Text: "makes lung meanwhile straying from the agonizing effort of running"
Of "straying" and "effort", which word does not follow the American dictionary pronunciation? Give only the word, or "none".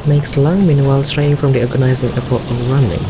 effort